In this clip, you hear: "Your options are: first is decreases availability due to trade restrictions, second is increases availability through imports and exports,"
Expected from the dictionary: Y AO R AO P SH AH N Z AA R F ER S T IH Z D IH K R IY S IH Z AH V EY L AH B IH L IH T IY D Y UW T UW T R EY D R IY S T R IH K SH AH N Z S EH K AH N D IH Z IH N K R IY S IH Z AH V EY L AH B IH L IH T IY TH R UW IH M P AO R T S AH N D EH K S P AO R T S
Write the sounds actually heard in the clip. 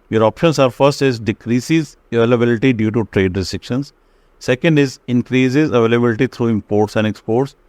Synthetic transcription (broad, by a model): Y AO R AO P SH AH N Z AA R F ER S T IH Z D IH K R IY S IH Z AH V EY L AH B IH L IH T IY D Y UW T UW T R EY D R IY S T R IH K SH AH N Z S EH K AH N D IH Z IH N K R IY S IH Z AH V EY L AH B IH L IH T IY T R UW IH M P AO R T S AH N D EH K S P AO R T S